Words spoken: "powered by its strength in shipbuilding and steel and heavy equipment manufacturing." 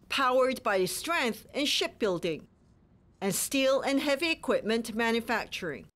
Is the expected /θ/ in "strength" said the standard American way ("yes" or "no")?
yes